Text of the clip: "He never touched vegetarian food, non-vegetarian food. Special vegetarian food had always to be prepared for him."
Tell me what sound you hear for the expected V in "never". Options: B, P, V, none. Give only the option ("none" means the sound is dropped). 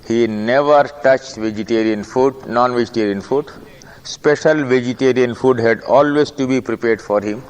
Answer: V